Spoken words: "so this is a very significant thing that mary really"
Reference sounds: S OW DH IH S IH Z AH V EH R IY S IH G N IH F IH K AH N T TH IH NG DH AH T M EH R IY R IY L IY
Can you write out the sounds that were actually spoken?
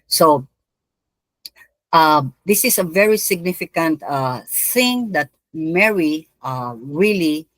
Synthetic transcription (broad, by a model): S OW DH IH S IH S AH V EH R IY S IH G N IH F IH K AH N T TH IH NG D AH T M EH R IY R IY L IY